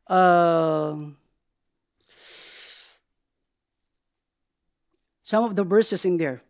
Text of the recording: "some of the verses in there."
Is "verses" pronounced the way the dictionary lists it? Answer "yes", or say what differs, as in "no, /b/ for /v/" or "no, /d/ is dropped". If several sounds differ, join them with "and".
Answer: no, /s/ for /z/